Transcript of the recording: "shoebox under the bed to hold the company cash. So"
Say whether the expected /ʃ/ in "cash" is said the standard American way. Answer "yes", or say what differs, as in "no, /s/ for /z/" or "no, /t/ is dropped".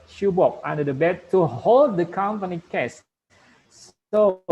no, /s/ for /ʃ/